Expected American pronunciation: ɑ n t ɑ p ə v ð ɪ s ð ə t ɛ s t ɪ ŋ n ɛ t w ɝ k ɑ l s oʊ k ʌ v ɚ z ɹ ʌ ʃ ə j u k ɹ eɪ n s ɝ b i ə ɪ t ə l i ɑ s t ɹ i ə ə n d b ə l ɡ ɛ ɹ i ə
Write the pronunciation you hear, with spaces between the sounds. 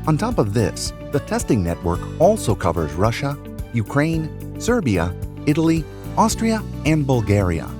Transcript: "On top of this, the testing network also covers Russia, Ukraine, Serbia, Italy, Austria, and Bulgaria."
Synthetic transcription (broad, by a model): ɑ n t ɑ p ə v ð ɪ s ð ə t ɛ s t ɪ ŋ n ɛ t w ɝ k ɑ l s oʊ k ʌ v ɚ z ɹ ʌ ʃ ə j u k ɹ eɪ n s ɝ b i ə ɪ t l i ɑ s t ɹ i ə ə n b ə l ɡ ɛ ɹ i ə